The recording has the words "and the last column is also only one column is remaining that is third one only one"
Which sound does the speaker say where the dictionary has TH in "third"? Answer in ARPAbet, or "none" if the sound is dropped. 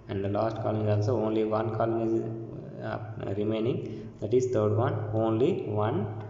T